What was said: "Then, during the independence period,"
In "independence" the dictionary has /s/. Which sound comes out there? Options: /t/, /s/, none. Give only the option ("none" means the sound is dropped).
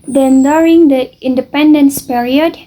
/s/